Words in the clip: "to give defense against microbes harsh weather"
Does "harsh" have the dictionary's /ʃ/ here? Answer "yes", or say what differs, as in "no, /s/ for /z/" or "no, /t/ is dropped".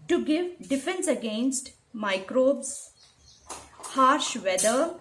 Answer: yes